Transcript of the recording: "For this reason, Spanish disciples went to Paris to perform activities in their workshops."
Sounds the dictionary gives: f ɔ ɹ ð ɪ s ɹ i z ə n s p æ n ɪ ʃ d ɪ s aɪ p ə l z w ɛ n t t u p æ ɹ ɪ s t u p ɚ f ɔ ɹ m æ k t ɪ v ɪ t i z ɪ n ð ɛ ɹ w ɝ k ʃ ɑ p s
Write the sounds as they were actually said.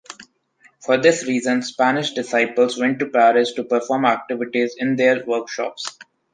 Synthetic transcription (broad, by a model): f ɔ ɹ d ɪ s ɹ i z ə n s p æ n ɪ ʃ d ɪ s aɪ p ə l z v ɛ n t t u p æ ɹ ɪ s t u p ɚ f ɔ ɹ m æ k t ɪ v ɪ t i z ɪ n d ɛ ɹ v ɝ k ʃ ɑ p s